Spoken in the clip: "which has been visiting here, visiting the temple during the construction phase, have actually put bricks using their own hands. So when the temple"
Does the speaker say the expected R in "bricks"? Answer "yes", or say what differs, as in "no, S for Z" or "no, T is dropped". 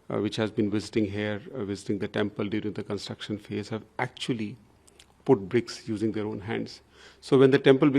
yes